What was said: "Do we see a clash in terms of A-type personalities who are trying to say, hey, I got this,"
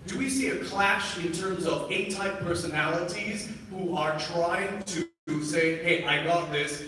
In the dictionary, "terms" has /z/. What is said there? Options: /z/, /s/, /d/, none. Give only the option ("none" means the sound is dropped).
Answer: /z/